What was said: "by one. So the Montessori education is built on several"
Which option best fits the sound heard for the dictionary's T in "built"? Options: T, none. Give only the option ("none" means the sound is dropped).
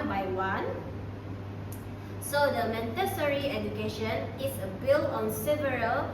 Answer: none